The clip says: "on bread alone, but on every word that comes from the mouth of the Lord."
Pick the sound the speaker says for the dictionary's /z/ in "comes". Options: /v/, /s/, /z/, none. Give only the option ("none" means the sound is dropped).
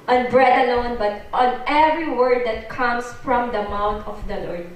/s/